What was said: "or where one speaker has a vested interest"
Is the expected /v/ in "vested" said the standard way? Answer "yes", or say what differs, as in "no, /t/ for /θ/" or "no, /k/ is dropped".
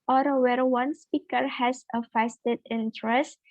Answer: no, /f/ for /v/